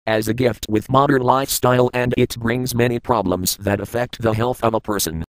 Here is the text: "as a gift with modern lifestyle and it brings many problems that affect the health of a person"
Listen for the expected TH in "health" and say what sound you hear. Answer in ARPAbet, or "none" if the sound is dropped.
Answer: TH